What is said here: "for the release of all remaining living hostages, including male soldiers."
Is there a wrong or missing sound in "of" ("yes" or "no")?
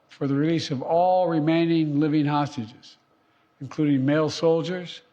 no